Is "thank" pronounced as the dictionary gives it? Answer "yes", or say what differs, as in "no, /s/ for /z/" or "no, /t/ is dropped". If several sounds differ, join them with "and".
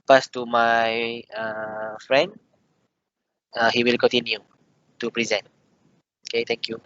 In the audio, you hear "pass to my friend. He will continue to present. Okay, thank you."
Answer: no, /t/ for /θ/